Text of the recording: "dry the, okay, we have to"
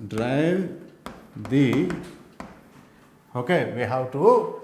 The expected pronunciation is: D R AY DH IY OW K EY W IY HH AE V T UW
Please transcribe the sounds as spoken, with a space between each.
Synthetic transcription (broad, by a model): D R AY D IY OW K EY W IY HH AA W T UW